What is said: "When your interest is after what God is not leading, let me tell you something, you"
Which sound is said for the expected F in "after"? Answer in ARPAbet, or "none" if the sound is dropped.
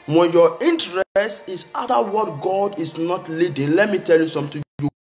none